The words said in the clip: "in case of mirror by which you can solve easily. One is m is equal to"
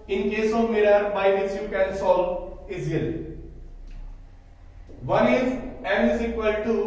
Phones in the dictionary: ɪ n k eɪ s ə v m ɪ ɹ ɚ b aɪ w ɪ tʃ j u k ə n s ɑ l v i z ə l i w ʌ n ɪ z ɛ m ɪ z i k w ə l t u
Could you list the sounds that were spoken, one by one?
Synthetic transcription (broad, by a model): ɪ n k eɪ s ə v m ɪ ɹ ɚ b aɪ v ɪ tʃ j u k ə n s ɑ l i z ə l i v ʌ n ɪ z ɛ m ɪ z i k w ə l t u